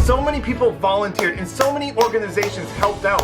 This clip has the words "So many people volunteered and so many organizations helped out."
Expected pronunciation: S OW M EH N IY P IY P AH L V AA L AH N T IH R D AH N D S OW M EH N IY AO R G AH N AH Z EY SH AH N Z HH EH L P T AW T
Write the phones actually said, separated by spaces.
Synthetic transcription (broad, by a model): S OW M EH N IY P IY P L V AA L AH N T IH R D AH N S OW M EH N IY AO R G AH N AH Z EY SH AH N Z HH EH L P T AW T